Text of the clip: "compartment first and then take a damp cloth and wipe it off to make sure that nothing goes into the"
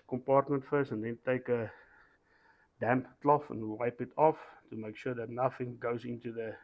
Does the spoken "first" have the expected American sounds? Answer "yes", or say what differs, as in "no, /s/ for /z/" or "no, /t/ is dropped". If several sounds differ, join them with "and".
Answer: no, /t/ is dropped